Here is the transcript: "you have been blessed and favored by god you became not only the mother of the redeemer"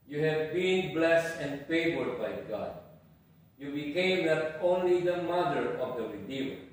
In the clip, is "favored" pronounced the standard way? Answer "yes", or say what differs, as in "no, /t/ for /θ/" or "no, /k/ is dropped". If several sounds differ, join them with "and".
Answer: yes